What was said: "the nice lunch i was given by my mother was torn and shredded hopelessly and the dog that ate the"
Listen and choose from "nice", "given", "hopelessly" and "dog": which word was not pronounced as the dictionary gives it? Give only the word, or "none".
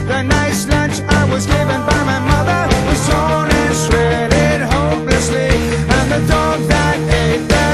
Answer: none